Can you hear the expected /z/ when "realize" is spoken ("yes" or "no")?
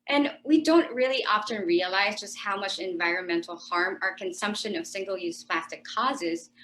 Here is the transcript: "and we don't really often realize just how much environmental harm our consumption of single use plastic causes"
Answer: yes